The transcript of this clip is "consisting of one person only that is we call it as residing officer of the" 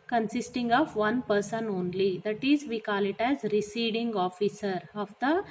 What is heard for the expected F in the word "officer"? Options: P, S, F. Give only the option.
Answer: F